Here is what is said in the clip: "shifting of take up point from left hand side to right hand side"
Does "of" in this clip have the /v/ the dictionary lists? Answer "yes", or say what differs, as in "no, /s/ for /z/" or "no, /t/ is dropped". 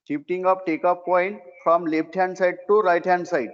no, /p/ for /v/